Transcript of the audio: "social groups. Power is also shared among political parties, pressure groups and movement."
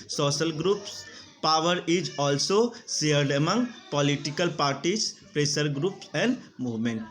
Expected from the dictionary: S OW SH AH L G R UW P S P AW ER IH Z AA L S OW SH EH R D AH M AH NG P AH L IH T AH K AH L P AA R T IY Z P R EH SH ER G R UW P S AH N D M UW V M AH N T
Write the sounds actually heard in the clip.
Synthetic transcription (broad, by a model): S OW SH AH L G R UW P S P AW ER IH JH AA L S OW S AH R D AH M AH NG P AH L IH T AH K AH L P AA R T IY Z P R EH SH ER G R UW P S AH N D M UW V M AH N T